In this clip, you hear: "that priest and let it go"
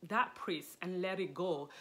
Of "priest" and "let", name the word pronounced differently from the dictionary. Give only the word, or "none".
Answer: priest